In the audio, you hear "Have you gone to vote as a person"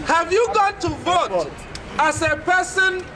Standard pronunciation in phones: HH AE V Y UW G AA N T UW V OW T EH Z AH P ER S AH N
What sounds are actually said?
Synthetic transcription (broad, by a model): HH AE V Y UW G AA N T UW V OW T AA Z AH P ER S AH N